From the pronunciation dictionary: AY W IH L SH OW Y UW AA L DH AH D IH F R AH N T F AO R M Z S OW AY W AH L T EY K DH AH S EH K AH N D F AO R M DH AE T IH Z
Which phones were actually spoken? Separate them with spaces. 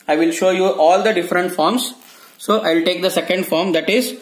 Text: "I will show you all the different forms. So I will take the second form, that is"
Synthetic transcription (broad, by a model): AY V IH L SH OW Y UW AA L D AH D IH F R AH N T F AO R M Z S OW AY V L T EY K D AH S EH K AH N D F AO R M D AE T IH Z